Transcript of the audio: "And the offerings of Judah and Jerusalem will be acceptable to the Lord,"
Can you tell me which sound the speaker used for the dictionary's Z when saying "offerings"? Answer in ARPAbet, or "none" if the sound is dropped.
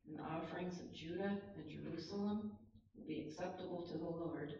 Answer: Z